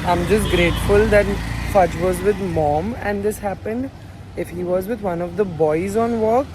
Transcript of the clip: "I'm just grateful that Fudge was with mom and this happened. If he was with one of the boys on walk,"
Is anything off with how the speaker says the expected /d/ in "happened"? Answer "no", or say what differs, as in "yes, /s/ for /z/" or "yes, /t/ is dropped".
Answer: no